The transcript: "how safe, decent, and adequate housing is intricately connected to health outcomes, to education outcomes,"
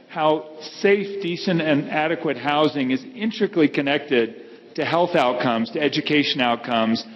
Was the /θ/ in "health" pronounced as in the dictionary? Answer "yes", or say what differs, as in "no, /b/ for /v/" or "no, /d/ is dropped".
yes